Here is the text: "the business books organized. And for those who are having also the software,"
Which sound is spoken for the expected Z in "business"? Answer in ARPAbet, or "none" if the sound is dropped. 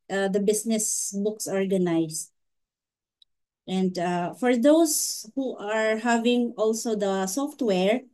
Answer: S